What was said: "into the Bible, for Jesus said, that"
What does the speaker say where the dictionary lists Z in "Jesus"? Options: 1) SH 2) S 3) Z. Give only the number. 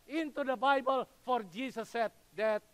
2